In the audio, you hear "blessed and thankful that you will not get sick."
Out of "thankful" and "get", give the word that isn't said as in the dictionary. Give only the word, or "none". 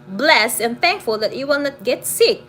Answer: none